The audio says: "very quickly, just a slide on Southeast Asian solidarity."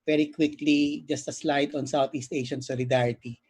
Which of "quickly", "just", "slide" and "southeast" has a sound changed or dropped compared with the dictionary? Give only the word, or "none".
southeast